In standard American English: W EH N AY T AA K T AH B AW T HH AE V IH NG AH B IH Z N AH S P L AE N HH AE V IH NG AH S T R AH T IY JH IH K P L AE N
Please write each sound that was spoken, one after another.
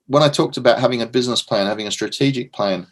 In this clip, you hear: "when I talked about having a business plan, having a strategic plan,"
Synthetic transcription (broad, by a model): W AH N AY T AA K T AH B AW T HH AE V IH NG AH B IH Z N AH S P L AE N HH AE V IH NG AH S T R AH T IY JH IH K P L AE N